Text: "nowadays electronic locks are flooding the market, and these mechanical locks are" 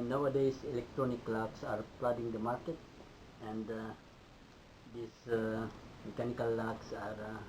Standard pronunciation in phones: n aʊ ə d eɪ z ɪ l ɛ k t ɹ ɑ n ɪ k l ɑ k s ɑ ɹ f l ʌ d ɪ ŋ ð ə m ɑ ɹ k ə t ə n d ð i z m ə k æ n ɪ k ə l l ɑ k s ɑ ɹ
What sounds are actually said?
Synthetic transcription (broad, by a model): n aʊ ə d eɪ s ɪ l ɛ k t ɹ ɑ n ɪ k l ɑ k s ɑ ɹ p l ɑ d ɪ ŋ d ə m ɑ ɹ k ə t ə n d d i s m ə k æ n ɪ k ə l l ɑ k s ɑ ɹ